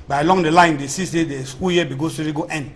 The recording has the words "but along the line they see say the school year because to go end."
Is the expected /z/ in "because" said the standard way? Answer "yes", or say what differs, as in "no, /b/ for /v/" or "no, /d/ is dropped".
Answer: no, /s/ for /z/